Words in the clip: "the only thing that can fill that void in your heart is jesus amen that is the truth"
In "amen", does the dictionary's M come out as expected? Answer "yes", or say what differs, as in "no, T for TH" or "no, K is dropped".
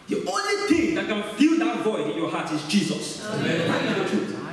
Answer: no, M is dropped